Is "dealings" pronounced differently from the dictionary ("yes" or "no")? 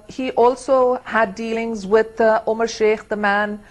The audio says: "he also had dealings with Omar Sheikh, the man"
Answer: no